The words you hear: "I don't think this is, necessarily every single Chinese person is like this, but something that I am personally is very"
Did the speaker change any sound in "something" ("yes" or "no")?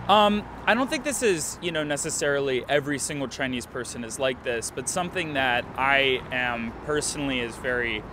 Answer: no